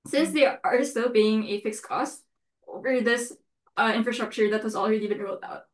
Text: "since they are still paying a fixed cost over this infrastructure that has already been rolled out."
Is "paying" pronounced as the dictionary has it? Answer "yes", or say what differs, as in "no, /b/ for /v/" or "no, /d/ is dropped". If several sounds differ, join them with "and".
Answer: no, /b/ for /p/